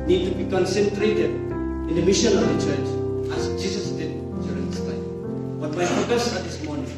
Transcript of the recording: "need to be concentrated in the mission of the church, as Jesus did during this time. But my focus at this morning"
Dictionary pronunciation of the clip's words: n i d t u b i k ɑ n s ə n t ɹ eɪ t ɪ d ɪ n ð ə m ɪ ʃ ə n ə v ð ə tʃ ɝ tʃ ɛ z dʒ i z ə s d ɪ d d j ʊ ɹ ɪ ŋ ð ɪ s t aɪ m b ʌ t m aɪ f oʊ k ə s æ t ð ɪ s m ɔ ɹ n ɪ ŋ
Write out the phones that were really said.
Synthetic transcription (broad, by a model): n i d t u b i k ɑ n s ə n t ɹ eɪ t ɪ d ɪ n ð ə m ɪ ʃ ə n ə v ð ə tʃ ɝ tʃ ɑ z dʒ i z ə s d ɪ d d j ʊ ɹ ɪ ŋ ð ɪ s t aɪ m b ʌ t m aɪ p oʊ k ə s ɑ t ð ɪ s m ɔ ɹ n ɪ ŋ